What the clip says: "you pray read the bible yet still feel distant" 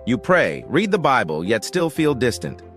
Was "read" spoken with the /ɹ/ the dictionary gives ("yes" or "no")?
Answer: yes